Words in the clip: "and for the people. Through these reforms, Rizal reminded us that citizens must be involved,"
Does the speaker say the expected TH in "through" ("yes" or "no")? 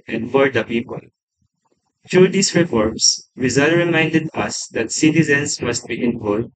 no